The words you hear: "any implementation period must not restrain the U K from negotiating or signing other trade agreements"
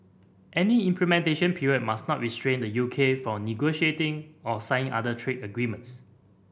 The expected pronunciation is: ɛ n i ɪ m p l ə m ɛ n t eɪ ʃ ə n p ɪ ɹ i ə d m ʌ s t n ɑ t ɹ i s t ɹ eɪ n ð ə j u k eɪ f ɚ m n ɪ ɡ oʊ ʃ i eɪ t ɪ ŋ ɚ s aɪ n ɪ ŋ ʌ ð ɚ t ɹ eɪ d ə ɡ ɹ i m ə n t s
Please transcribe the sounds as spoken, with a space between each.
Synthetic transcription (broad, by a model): ɛ n i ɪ m p l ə m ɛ n t eɪ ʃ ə n p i ɹ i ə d m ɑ s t n ɑ t ɹ i s t ɹ eɪ n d ə j u k eɪ f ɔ n ɪ ɡ oʊ ʃ i eɪ t ɪ ŋ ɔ s aɪ ɪ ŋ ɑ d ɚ t ɹ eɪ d ə ɡ ɹ i m ə n t s